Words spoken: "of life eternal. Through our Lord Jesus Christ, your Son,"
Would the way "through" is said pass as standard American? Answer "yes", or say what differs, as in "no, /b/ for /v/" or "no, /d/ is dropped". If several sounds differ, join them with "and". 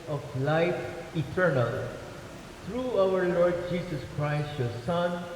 no, /t/ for /θ/